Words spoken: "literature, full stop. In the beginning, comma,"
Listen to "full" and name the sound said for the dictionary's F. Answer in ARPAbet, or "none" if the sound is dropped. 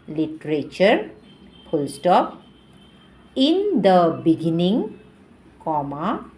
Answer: P